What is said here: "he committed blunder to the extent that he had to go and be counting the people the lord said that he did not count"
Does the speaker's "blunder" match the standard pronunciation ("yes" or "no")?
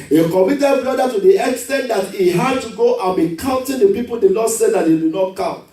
no